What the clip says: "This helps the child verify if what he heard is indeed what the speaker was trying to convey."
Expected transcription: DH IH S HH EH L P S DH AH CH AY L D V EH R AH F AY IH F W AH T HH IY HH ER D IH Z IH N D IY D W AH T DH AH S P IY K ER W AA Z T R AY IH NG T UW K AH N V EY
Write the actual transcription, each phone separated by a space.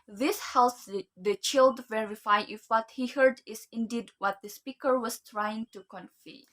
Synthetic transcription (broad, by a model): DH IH S HH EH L S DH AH CH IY L D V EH R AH F AY IH F W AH T HH IY HH ER D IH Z IH N D IY D W AH T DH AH S P IY K ER W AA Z T R AY IH NG T UW K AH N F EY